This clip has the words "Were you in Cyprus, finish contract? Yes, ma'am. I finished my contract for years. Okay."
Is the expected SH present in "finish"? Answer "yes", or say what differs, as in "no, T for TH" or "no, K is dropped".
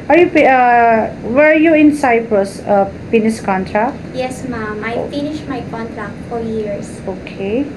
no, S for SH